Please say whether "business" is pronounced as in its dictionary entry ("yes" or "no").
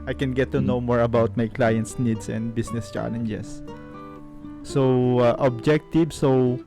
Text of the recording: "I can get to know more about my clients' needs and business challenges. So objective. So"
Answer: no